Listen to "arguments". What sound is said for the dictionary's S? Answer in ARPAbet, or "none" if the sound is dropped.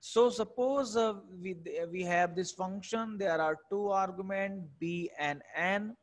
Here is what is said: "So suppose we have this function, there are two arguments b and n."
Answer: none